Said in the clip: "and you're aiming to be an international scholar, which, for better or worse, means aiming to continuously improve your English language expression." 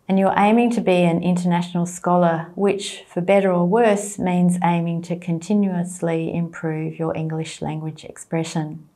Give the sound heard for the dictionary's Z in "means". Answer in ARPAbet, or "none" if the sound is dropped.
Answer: Z